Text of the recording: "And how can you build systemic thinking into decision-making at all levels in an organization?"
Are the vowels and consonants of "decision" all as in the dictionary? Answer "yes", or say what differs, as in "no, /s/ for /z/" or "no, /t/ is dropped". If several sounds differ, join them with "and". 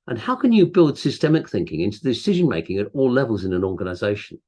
yes